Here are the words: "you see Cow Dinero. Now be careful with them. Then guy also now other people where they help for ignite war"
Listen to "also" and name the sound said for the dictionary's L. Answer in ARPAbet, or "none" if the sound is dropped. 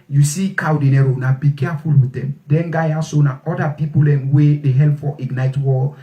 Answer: none